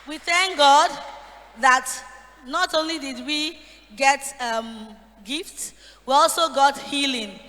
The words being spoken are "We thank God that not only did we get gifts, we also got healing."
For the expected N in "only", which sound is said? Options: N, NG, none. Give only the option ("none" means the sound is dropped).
N